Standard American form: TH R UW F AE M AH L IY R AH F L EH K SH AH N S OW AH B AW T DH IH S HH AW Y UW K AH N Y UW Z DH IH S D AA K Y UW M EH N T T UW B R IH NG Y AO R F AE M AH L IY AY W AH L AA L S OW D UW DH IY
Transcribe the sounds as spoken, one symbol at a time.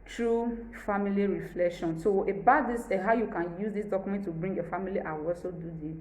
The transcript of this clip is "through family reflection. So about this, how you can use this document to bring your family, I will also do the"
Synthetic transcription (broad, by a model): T R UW F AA M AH L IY R AH F L EH K SH AH N S OW AH B AW T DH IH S HH AW Y UW K AH N Y UW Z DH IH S D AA K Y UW M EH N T T UW B R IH NG Y AO F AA M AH L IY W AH W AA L S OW D UW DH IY